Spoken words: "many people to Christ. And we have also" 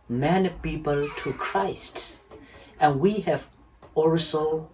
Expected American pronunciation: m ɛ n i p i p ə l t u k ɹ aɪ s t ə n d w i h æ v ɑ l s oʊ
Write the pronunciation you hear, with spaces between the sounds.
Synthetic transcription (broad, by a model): m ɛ n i p i p ə l t u k ɹ aɪ s t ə n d w i h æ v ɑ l s oʊ